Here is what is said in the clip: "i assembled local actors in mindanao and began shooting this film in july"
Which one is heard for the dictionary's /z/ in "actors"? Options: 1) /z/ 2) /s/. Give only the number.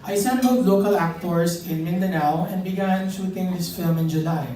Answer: 2